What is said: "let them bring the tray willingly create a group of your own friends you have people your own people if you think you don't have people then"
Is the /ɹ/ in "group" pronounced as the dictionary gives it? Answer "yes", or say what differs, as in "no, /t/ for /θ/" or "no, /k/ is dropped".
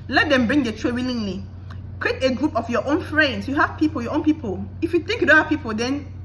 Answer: yes